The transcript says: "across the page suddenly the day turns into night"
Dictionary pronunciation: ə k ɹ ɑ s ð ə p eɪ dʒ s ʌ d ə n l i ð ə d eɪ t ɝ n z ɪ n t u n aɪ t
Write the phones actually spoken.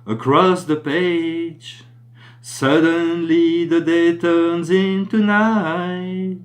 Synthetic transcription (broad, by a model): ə k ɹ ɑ s ð ə p eɪ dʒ s ʌ d ə n l i ð ə d eɪ t ɝ n z ɪ n t u n aɪ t